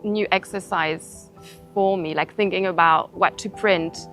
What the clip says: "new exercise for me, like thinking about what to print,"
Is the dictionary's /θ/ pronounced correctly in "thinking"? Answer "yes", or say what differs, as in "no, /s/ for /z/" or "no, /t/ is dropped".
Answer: yes